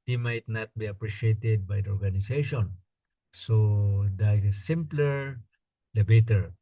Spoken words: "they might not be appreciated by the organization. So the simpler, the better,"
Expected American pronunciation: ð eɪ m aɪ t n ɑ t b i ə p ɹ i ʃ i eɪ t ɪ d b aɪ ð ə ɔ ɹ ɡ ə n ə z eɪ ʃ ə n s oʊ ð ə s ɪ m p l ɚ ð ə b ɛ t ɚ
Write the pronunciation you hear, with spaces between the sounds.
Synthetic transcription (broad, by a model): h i m aɪ t n ɑ t b i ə p ɹ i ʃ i eɪ t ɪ d b aɪ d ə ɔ ɹ ɡ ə n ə s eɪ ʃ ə n s oʊ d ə s ɪ m p l ɚ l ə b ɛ t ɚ